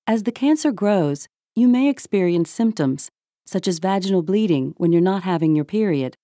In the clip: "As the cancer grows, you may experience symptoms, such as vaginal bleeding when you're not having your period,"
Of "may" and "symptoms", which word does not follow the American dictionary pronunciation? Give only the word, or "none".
none